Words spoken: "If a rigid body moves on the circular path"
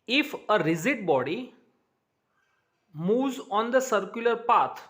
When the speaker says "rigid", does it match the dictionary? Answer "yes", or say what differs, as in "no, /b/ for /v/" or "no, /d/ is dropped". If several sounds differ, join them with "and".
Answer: no, /z/ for /dʒ/